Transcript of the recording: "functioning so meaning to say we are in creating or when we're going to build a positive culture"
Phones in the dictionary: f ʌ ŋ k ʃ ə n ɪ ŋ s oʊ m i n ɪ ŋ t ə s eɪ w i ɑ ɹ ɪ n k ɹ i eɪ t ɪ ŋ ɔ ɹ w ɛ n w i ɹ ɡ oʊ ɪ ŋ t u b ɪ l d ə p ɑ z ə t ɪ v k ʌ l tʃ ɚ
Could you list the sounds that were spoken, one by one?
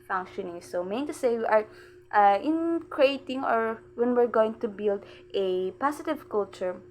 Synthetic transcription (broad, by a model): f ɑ ŋ k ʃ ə n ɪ ŋ s oʊ m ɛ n t ə s eɪ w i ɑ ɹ ɪ n k ɹ i eɪ t ɪ ŋ ɔ ɹ w ɛ n w i ɹ ɡ oʊ ɪ ŋ t u b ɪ l d ə p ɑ s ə t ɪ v k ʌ l tʃ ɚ